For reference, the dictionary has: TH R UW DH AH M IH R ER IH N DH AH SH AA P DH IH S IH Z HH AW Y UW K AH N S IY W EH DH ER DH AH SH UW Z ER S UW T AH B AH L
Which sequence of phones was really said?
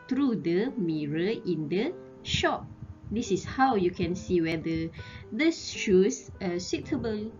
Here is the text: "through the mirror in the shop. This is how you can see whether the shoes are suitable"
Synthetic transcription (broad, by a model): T R UW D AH M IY R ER IH N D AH SH AA P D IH S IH S HH AW Y UW K AH N S IY W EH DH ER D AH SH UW S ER S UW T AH B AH L